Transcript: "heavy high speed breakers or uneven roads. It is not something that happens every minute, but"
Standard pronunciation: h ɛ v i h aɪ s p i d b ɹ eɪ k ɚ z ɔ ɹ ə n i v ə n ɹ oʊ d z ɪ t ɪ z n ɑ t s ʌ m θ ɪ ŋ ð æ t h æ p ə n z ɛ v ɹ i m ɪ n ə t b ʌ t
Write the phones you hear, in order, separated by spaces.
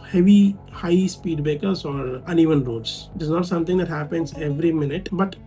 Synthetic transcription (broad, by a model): h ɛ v i h aɪ s p i d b eɪ k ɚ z ɔ ɹ ə n i v ə n ɹ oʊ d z ɪ t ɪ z n ɑ t s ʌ m t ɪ ŋ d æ t h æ p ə n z ɛ v ɹ i m ɪ n ə t b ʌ t